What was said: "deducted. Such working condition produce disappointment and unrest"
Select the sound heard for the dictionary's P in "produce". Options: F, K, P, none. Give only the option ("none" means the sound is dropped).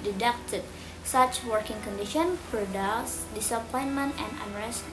F